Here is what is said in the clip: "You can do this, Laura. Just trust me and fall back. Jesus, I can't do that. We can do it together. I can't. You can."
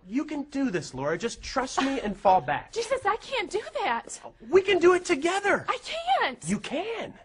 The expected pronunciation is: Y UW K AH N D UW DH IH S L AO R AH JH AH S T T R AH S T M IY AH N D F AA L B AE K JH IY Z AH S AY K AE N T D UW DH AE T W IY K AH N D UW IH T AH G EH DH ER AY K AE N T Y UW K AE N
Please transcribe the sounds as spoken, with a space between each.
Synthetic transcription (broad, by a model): Y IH K AH N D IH DH IH S L AO R AH JH AH S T T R AH S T M IY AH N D F AA L B AE K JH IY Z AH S AY K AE N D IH DH AE T W IY K AH N D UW IH T AH G EH DH ER AY K AE N T Y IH K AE N